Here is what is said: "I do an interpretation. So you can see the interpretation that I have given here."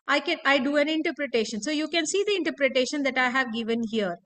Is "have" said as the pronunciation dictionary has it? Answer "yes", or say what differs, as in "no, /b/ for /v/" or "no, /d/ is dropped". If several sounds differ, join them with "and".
yes